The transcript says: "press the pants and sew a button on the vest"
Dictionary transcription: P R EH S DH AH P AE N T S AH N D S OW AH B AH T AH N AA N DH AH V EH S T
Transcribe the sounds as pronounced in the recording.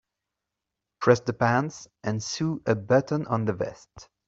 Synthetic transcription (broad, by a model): P R EH S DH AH P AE N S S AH N S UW AH B AH T AH N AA N DH AH V EH S T